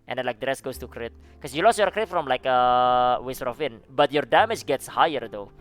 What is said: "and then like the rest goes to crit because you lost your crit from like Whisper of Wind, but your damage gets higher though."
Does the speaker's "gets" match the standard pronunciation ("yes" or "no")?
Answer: yes